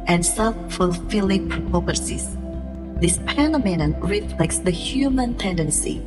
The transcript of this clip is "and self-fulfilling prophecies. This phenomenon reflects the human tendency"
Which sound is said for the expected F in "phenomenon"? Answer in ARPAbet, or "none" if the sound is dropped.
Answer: P